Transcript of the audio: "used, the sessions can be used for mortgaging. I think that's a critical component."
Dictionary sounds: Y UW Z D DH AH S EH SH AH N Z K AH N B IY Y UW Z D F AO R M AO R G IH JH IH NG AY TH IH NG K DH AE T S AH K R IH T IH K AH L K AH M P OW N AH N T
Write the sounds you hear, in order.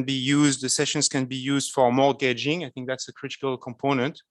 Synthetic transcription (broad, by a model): Y UW Z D DH AH S EH SH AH N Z K AH N B IY Y UW Z D F AO R M AO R G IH JH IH NG AY TH IH NG K DH AE T S AH K R IH T IH K AH L K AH M P OW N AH N T